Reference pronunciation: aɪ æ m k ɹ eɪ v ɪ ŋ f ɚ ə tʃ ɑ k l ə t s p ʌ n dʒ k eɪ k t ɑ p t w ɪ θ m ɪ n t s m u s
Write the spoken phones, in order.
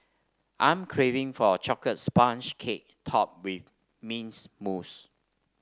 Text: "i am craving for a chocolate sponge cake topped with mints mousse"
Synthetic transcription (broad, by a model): aɪ m k ɹ eɪ v ɪ ŋ f ə tʃ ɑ k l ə t s p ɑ n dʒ k eɪ k t ɑ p w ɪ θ m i n s m u s